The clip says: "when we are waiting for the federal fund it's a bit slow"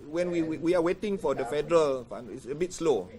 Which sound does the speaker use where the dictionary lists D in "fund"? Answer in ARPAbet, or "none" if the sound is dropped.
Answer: none